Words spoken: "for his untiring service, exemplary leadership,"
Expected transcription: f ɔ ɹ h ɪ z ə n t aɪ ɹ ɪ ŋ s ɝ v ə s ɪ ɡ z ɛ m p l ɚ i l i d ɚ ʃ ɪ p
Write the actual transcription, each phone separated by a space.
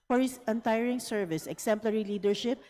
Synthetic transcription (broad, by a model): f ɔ ɹ h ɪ s ə n t aɪ ɹ ɪ ŋ s ɝ v ə s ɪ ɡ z ɛ m p l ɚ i l i d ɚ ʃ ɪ p